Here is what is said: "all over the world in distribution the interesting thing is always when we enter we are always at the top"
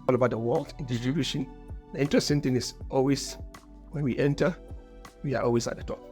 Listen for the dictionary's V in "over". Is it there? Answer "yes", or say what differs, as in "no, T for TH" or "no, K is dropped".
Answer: no, B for V